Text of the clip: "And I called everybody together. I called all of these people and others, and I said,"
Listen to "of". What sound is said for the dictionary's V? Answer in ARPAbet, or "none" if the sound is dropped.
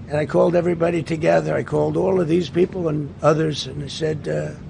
V